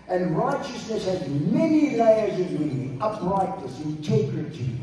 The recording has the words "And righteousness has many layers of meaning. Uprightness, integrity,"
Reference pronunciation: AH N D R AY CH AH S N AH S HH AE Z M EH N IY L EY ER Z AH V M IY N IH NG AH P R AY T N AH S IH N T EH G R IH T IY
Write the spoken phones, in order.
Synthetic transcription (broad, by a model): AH N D R AY CH AH S N AH S HH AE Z M EH N IY L EY ER Z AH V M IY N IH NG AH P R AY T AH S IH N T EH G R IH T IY